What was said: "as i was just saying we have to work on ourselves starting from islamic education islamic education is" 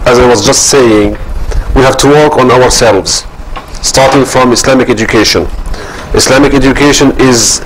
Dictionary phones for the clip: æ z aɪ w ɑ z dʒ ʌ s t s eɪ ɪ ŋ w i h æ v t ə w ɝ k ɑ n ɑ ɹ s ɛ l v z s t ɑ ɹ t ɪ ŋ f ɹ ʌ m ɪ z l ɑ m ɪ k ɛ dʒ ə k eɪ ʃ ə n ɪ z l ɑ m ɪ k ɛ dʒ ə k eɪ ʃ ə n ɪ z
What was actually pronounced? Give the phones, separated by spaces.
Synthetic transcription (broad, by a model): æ z aɪ w ɑ z dʒ ʌ s t s eɪ ɪ ŋ w i h æ v t ə w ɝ k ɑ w ɑ ɹ s ɛ l v z s t ɑ ɹ t ɪ ŋ f ɹ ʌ m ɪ s l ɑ m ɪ k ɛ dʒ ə k eɪ ʃ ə n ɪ s l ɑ m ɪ k ɛ dʒ ə k eɪ ʃ ə n ɪ z